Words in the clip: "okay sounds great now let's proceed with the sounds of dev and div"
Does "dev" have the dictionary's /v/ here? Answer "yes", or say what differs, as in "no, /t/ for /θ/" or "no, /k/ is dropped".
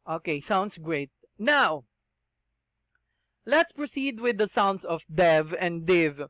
yes